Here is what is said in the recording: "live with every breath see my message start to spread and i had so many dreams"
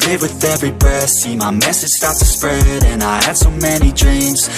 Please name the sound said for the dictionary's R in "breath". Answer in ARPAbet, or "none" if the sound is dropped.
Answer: none